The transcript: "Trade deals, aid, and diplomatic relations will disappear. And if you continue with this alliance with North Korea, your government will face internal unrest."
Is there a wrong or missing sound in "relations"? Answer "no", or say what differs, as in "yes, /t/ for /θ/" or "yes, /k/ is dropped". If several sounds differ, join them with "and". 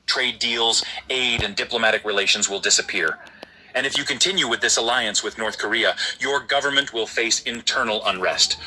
no